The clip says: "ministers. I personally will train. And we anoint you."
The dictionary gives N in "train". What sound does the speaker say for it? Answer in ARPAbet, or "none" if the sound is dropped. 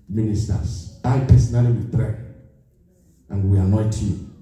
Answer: none